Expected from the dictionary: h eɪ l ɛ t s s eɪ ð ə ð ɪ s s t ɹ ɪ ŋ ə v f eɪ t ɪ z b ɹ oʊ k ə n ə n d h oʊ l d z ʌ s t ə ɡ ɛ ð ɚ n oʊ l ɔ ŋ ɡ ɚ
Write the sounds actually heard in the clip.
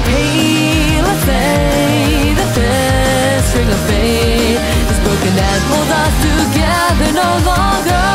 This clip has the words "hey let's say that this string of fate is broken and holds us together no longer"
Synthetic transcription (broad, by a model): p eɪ l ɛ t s s eɪ ð ə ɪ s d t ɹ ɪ ŋ ə v p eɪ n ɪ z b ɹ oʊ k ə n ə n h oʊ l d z ʌ s t ə ɡ ɛ ð ɚ n oʊ l ɔ ŋ ɡ ɚ